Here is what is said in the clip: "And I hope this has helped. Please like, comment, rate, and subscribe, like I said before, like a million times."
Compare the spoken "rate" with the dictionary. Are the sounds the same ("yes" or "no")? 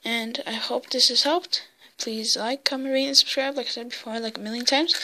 no